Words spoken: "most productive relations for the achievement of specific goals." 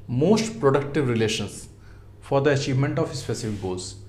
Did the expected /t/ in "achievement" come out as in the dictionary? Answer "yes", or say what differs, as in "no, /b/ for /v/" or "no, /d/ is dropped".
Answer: yes